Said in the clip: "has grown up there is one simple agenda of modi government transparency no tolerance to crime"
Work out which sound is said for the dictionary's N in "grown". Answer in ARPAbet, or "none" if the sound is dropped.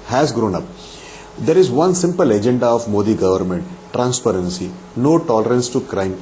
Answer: N